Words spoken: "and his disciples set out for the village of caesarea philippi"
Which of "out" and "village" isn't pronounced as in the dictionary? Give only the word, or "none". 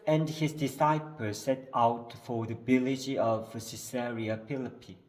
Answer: village